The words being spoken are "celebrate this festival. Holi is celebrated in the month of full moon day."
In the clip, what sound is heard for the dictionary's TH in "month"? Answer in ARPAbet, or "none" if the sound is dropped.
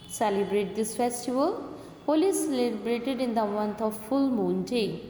T